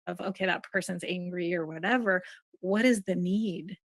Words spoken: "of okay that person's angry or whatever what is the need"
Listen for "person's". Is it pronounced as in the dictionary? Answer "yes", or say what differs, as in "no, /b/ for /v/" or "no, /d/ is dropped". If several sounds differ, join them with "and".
yes